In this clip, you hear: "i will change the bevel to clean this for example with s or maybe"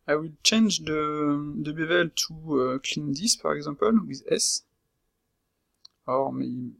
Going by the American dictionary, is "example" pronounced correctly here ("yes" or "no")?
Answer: no